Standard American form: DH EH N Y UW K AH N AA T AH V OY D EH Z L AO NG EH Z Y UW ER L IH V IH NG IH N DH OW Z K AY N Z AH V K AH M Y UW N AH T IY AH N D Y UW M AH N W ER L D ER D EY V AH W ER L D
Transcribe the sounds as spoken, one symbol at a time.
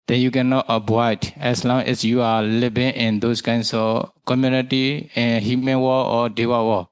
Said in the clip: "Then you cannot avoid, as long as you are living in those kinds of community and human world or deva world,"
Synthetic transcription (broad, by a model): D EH N Y UW K AH N AA T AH B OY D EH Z L AO NG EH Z Y UW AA L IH B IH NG IH N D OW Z K AY N S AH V K AH M Y UW N AH T IY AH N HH Y UW M AH N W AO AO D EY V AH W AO